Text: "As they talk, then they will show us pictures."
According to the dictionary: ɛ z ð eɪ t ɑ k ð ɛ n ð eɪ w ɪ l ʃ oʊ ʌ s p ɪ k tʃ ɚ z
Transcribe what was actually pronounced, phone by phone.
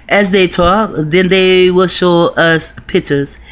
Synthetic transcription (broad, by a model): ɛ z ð eɪ t ɑ k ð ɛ n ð eɪ w ɪ l ʃ oʊ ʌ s p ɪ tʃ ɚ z